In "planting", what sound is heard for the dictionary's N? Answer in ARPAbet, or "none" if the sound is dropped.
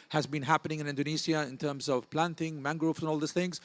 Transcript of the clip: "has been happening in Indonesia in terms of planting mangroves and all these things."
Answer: N